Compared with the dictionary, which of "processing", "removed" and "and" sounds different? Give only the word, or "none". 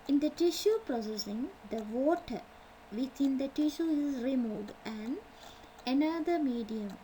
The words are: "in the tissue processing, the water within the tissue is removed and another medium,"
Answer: removed